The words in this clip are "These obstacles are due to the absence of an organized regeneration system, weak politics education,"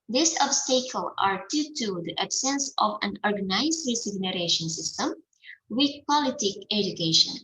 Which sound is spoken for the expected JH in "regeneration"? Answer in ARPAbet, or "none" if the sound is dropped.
Z